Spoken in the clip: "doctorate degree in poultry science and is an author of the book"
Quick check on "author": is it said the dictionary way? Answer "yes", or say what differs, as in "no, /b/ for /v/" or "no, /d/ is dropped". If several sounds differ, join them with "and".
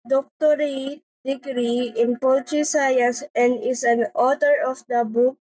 no, /t/ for /θ/